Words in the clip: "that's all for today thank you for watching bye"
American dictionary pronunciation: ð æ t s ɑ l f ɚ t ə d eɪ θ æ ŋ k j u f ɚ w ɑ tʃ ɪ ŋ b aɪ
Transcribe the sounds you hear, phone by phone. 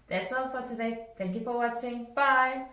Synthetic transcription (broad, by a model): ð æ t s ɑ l f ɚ t ə d eɪ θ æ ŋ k j u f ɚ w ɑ s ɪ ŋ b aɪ